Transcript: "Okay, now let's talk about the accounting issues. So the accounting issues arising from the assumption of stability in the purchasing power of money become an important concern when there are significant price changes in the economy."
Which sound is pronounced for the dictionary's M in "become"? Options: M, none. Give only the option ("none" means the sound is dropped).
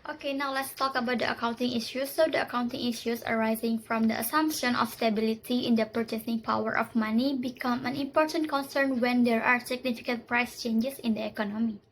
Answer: M